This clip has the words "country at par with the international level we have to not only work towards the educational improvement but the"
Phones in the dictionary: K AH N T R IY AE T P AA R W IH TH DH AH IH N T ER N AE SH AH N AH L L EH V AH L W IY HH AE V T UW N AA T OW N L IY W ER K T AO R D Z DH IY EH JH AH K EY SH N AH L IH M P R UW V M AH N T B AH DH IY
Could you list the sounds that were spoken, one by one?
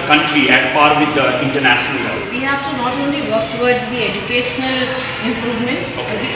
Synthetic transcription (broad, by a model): K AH N T R IY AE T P AA R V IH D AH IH N T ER N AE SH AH N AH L L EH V IY HH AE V T UW N AA T OW N L IY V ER K T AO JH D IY EH JH AH K EY SH N AH L IH M P R UW V M AH N T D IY